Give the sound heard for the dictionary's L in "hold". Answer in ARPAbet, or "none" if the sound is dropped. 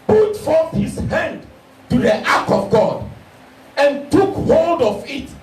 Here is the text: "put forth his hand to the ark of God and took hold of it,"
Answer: L